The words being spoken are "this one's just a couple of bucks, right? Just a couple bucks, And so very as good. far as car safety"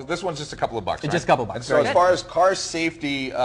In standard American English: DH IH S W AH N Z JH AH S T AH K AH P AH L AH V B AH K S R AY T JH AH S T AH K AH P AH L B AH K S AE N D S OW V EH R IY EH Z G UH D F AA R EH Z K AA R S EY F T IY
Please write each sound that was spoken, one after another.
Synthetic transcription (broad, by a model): DH IH S W AH N Z JH AH S T AH K AH P L AH V B AH K S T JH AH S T AH K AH P L B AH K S S OW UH IY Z F AA R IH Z K AA R S EY F T IY